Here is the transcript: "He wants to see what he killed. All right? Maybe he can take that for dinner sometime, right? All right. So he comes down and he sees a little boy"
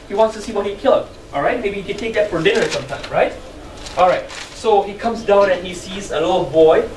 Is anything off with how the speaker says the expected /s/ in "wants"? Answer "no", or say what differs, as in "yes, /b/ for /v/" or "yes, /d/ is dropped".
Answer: no